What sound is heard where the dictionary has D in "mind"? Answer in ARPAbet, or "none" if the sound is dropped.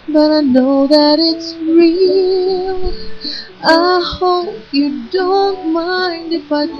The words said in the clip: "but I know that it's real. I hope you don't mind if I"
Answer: D